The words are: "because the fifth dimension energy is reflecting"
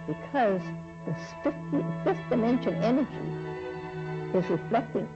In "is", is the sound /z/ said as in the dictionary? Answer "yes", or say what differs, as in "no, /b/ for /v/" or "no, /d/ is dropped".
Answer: yes